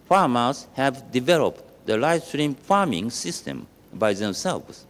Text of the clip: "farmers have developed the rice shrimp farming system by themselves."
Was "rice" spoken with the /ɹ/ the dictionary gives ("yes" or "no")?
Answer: no